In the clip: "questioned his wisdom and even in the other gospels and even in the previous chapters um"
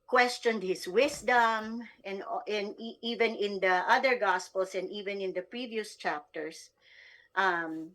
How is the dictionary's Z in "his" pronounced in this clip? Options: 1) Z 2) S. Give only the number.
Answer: 2